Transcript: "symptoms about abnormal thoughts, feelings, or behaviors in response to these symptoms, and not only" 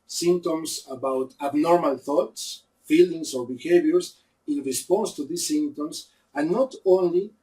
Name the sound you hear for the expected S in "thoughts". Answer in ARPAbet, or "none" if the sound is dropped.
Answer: S